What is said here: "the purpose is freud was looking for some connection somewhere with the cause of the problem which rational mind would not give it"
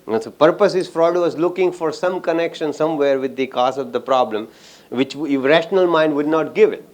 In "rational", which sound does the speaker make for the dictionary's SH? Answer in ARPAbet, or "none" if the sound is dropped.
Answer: SH